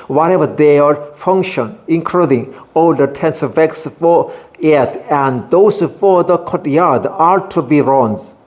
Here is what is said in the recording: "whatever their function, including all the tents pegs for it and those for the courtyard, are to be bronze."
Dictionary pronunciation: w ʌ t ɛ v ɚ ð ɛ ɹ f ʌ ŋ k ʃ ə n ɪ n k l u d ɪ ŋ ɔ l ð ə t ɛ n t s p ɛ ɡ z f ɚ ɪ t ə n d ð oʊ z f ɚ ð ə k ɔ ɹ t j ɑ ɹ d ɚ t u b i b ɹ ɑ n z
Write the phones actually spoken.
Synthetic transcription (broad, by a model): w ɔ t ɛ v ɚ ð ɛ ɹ f ʌ ŋ k ʃ ə n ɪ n k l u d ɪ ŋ ɔ l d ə t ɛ n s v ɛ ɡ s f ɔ ɪ t ə n d oʊ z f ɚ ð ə k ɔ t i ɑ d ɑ t u b i ɹ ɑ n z